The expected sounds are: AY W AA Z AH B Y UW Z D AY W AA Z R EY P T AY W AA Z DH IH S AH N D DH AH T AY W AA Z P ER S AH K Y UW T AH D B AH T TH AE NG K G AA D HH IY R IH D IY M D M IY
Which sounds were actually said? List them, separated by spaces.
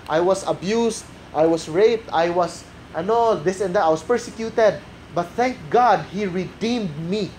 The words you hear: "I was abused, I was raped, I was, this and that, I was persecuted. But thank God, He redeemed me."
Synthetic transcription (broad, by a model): AY W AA S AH B Y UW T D AY W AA S R EY P T AY W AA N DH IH S AH N D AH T AY W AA S P ER S AH K Y UW T AH D B AH T TH AE NG K G AA D HH IY R IH D IY M D M IY